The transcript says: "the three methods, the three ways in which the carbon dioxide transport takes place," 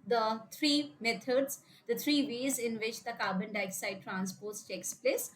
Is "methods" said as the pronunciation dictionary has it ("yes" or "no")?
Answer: no